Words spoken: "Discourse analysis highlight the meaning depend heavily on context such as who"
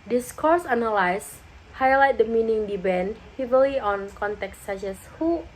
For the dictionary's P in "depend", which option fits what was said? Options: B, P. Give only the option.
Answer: B